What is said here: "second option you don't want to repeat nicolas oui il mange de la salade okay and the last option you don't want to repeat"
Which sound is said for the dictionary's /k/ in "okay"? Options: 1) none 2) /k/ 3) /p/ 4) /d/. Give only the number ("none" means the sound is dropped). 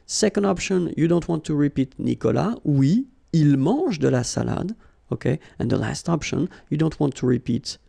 2